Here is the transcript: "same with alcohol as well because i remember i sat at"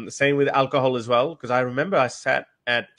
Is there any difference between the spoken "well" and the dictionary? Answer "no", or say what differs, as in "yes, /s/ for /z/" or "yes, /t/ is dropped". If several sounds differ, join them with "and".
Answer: no